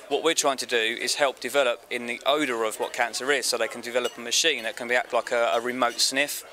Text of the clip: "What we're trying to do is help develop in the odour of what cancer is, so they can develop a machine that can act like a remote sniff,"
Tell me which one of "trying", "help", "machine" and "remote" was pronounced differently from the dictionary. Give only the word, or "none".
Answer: none